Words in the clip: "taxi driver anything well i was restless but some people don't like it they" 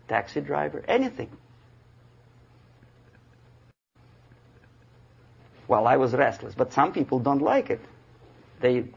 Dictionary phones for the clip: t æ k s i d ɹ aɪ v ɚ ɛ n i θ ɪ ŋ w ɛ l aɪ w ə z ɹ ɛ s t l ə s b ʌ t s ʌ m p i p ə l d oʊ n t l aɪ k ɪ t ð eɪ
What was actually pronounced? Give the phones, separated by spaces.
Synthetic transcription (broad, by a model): t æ k s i d ɹ aɪ v ɚ ɛ n i θ ɪ ŋ w ɛ l aɪ w ə z ɹ ɛ s t l ə s b ʌ t s ʌ m p i p l d oʊ n t l aɪ k ɪ t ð eɪ